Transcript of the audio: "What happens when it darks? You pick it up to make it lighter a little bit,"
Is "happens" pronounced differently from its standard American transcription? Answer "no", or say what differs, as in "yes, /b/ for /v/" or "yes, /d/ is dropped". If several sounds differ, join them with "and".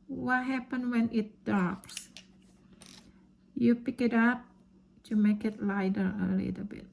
yes, /z/ is dropped